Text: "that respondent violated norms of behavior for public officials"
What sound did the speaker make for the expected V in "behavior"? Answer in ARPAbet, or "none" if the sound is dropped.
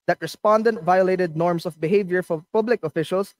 V